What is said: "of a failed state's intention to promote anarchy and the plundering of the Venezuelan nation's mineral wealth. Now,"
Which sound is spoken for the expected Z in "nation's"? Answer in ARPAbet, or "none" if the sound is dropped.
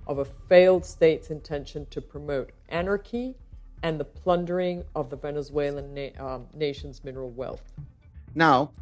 Z